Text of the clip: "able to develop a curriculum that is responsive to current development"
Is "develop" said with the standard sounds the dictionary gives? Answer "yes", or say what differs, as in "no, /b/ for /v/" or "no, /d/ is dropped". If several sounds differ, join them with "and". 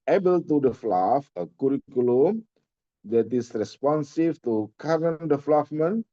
no, /f/ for /p/